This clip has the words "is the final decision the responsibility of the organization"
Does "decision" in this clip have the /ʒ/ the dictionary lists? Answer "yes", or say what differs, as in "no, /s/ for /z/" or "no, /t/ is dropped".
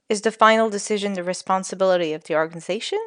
yes